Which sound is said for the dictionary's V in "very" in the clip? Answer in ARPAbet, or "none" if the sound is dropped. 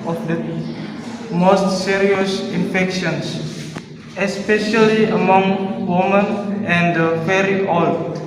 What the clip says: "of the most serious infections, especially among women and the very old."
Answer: F